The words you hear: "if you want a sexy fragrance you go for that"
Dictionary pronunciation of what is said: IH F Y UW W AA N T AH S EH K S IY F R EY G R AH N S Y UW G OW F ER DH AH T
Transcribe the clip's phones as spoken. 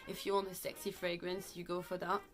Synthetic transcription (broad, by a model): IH F Y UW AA N AH S EH K S IY F R EY G R AH N S Y UW G OW F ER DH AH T